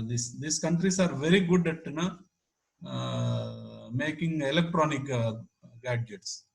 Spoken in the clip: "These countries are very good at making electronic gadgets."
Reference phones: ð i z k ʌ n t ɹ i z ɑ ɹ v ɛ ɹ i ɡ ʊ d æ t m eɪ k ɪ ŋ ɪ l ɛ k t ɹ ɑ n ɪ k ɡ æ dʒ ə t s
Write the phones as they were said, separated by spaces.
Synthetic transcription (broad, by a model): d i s k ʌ n t ɹ i s ɑ ɹ v ɛ ɹ i ɡ ʊ d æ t m eɪ k ɪ ŋ ɪ l ɛ k t ɹ ɑ n ɪ k ɡ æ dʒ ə t s